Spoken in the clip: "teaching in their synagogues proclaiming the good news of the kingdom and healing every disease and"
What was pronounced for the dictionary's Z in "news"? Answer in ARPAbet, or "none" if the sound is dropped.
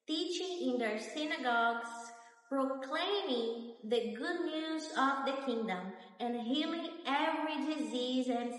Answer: Z